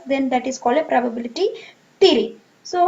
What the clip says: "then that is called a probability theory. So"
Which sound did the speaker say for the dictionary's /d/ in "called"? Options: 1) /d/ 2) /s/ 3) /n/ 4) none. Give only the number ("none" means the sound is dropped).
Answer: 4